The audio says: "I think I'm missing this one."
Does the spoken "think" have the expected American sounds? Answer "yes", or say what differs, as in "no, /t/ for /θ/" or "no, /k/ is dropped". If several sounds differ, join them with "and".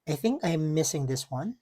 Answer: yes